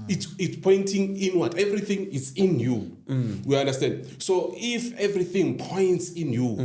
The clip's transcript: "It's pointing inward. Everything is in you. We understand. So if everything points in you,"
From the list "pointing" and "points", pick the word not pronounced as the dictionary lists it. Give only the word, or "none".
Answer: none